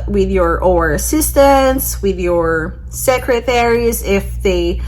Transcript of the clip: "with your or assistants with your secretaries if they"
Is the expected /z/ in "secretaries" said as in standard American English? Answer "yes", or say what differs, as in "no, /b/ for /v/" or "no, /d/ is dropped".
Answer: yes